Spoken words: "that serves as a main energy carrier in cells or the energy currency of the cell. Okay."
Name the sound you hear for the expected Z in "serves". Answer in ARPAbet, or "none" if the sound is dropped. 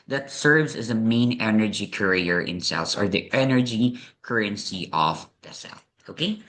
Z